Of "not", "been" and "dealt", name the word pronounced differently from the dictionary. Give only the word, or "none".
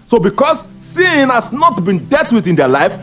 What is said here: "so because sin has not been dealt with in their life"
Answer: dealt